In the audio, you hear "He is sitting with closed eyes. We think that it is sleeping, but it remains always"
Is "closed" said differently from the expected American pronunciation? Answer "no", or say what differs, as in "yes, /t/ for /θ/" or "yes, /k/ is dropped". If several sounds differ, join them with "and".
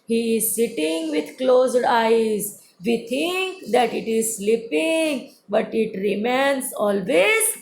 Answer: no